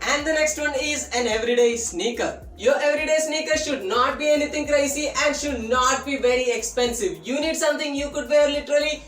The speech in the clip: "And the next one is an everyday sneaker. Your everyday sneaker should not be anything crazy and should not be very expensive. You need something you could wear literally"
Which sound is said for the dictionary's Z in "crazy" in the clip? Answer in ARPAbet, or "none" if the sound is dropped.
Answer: S